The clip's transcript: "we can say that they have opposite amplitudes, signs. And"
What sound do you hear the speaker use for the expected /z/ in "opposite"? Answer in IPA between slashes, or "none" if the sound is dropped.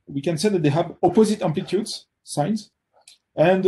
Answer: /z/